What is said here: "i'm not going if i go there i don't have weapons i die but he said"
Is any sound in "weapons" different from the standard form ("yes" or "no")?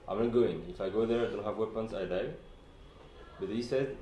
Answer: yes